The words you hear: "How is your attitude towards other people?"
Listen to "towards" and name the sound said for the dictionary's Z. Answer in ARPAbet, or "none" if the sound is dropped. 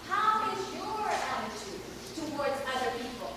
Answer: Z